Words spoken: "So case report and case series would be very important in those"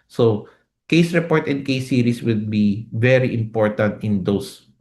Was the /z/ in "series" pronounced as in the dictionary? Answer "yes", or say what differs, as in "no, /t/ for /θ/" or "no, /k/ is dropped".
no, /s/ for /z/